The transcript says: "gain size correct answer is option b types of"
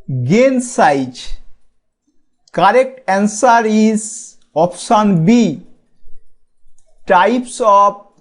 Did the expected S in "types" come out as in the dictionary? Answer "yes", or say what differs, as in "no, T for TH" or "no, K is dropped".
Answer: yes